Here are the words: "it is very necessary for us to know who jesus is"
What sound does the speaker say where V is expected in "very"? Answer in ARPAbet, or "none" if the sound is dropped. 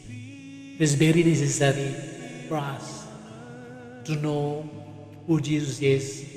B